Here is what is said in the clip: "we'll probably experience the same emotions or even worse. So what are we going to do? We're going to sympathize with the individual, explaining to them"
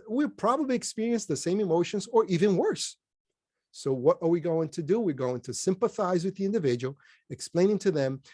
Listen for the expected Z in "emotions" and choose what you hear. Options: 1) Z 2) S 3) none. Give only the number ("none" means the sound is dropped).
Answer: 1